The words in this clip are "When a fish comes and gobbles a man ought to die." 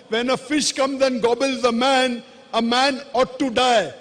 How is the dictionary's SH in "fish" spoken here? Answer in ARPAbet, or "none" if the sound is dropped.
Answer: SH